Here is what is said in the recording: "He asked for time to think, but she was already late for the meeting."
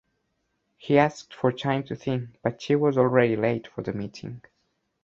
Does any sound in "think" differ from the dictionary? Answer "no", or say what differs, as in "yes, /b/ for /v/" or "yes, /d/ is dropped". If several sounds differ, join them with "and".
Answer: no